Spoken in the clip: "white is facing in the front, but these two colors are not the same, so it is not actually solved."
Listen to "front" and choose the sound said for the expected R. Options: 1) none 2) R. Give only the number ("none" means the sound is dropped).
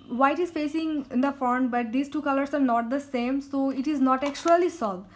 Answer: 1